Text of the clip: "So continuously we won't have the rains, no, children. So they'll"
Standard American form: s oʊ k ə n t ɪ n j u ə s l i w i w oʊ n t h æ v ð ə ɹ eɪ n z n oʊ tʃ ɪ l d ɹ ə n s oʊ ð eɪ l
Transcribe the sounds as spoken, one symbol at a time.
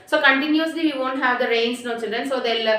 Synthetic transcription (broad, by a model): s oʊ k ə n t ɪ n j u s l i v i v oʊ n t h æ v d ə ɹ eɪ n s n oʊ tʃ ɪ l d ɹ ə n s oʊ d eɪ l